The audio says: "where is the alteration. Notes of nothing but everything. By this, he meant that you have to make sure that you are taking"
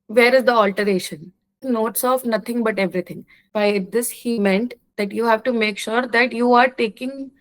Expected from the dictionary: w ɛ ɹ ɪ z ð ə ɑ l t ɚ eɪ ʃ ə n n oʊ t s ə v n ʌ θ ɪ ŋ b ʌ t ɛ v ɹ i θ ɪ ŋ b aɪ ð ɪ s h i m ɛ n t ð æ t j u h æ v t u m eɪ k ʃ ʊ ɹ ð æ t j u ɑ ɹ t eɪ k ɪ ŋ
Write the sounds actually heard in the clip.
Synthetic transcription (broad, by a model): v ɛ ɹ ɪ z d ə ɑ l t ɚ eɪ ʃ ə n n oʊ t s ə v n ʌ t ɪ ŋ b ʌ t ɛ v ɹ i t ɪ ŋ b aɪ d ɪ s h i m ɛ n t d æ t j u h æ v t u m eɪ k ʃ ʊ ɹ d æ t j u ɑ ɹ t eɪ k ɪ ŋ